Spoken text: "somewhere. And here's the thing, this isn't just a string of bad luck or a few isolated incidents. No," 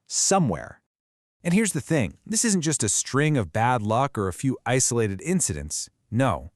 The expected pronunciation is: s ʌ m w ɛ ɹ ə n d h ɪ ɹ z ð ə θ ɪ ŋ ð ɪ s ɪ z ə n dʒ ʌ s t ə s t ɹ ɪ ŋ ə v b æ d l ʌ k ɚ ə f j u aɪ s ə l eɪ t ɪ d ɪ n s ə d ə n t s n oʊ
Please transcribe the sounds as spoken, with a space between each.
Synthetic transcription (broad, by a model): s ʌ m w ɛ ɹ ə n h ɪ ɹ z ð ə θ ɪ ŋ ð ɪ s ɪ z n dʒ ʌ s t ə s t ɹ ɪ ŋ ə v b æ d l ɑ k ɚ ə f j u aɪ s ə l eɪ t ɪ d ɪ n s ə d ə n t s n oʊ